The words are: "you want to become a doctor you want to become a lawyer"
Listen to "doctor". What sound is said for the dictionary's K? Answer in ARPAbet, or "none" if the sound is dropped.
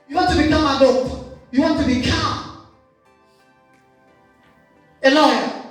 none